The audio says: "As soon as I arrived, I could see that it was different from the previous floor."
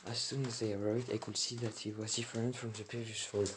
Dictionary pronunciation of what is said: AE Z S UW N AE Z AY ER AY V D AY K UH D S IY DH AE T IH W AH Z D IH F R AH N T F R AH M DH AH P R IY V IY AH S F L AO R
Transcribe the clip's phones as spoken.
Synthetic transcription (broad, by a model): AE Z S UW N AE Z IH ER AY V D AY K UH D S IY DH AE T IH W AH Z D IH F R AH N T F R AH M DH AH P IY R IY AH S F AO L